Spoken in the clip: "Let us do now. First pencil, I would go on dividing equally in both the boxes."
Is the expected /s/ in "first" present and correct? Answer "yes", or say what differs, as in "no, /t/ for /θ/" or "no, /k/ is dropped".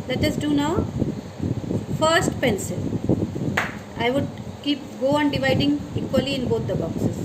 yes